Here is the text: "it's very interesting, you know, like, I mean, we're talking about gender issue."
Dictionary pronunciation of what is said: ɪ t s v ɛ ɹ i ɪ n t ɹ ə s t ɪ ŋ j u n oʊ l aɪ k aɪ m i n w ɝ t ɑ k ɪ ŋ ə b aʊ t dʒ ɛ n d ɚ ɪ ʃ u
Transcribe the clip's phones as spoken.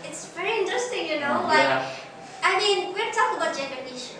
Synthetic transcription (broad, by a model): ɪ t s v ɛ ɹ i ɪ n t ɹ ə s t ɪ ŋ j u n oʊ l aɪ aɪ m i n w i t ɑ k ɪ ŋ ə b aʊ t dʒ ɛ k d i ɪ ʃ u